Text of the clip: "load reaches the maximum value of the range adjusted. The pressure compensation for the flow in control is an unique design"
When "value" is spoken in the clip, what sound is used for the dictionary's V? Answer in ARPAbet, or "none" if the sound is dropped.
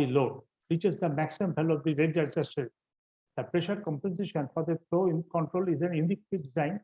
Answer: B